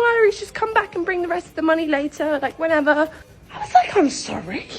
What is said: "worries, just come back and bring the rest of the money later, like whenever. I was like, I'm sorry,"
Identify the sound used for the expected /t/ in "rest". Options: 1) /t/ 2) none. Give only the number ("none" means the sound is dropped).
1